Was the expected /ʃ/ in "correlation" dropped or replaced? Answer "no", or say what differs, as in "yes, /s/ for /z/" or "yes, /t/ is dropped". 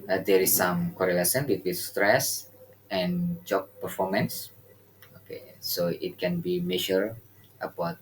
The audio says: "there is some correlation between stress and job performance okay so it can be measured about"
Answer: yes, /s/ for /ʃ/